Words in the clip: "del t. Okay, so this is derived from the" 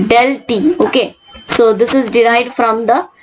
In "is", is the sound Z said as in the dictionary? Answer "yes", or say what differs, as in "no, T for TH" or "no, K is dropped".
yes